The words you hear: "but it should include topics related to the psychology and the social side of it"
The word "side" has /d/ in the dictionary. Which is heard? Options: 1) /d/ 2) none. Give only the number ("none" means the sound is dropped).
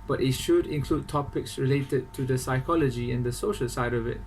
1